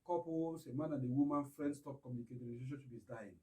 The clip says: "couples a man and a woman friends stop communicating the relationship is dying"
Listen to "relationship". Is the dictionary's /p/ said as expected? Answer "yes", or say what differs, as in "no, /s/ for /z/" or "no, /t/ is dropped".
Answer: no, /b/ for /p/